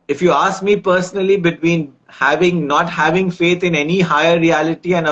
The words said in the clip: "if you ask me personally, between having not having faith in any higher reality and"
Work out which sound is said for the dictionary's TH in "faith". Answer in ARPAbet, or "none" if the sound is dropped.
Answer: T